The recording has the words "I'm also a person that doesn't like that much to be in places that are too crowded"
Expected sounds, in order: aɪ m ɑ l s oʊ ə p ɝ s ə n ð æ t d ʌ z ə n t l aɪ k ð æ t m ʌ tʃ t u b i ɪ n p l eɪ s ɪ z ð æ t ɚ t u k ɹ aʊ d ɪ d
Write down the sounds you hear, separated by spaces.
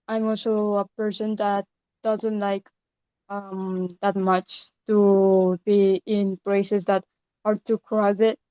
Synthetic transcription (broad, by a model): aɪ m ɑ l s oʊ ə p ɝ s ə n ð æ t d ʌ z ə n t l aɪ k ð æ t m ʌ tʃ t u b i ɪ n p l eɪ s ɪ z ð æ t ɚ t u k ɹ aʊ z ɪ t